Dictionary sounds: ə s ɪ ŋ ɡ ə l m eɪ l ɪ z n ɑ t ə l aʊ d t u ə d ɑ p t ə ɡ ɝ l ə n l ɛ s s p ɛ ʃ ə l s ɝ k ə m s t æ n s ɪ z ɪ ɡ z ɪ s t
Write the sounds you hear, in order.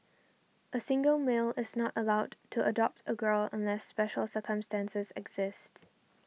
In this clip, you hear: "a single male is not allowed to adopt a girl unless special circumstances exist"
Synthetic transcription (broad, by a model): ə s ɪ ŋ ɡ ə l m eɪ l ɪ z n ɑ t ə l aʊ d t u ə d ɑ p t ə ɡ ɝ l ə n l ɛ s s p ɛ ʃ ə l s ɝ k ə m s t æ n s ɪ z ɪ ɡ z ɪ s t